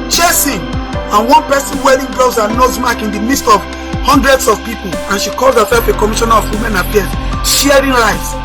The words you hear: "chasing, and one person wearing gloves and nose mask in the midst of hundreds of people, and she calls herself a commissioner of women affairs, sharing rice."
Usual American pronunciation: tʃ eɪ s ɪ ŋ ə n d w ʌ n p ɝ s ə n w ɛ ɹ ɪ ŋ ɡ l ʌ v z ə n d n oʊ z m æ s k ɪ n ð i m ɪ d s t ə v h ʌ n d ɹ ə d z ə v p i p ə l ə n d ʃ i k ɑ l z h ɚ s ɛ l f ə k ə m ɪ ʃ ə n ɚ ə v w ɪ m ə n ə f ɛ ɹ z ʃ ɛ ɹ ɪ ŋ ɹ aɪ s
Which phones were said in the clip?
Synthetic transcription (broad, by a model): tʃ eɪ s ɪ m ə n w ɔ n p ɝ s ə n w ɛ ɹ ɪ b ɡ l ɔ z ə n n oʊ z m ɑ k ɪ n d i m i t s t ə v h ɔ n d ɹ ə d s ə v p i p ə l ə n ʃ i k ɑ l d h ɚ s ɛ l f ə k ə m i ʃ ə n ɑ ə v w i m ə n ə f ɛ ʃ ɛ ɹ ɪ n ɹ aɪ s